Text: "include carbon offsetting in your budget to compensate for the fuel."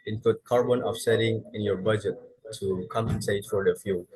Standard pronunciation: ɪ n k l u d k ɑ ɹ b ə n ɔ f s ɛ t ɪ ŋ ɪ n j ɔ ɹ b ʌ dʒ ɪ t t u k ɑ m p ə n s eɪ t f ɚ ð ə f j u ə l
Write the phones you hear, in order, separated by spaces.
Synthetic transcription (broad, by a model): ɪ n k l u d k ɑ ɹ b ə n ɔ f s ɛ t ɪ ŋ ɪ n j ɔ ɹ b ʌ dʒ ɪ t t u k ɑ m ə n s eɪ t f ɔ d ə f j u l